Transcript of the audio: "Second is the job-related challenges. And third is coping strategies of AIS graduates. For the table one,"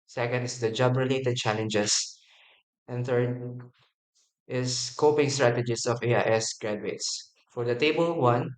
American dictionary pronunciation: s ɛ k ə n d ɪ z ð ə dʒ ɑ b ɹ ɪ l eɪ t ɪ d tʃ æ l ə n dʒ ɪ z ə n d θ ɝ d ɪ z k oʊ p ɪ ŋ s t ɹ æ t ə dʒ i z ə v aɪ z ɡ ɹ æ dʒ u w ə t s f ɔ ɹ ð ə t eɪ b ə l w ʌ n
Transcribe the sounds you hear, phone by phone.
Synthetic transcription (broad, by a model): s ɛ k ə n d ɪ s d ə dʒ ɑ b ɹ ɪ l eɪ t ɪ d tʃ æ l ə n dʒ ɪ s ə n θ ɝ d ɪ s k oʊ p ɪ ŋ s t ɹ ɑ t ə dʒ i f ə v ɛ s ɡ ɹ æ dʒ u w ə t s f ɔ ɹ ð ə t eɪ b ə l w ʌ n